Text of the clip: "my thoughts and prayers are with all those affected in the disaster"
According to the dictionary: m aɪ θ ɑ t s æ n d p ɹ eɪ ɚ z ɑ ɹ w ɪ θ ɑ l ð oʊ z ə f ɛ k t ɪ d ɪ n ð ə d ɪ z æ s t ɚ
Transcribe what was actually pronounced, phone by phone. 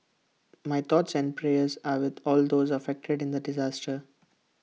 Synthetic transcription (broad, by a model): m aɪ t ɑ t s æ n d p ɹ eɪ ɚ z ɑ ɹ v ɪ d ɑ l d oʊ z ə f ɛ k t ɪ d ɪ n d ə d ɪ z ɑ s t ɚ